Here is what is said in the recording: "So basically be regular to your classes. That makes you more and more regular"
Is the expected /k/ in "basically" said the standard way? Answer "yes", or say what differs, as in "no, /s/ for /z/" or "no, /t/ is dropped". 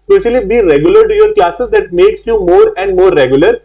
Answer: no, /k/ is dropped